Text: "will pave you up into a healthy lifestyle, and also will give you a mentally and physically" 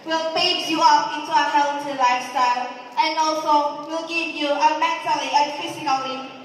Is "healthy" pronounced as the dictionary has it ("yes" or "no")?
no